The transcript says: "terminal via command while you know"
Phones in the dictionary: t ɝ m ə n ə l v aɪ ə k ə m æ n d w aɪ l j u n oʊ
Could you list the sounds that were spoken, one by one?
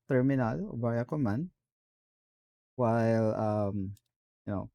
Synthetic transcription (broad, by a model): t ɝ m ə n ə l b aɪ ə k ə m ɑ n w aɪ l j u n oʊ